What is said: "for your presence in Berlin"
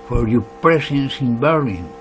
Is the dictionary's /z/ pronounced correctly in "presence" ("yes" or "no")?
no